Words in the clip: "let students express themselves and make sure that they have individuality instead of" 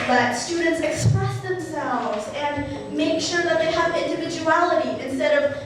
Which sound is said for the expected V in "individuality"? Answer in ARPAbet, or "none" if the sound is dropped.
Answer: V